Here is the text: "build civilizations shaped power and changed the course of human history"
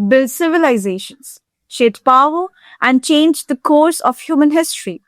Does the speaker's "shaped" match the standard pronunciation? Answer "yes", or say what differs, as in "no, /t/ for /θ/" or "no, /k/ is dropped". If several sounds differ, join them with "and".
no, /p/ is dropped